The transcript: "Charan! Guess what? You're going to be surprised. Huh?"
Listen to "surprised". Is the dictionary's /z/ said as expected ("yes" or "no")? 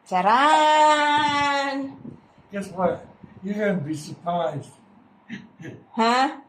yes